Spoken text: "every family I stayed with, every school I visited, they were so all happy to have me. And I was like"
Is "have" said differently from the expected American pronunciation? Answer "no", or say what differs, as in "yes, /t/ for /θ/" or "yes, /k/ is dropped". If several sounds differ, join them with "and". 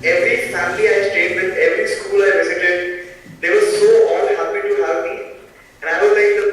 yes, /p/ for /v/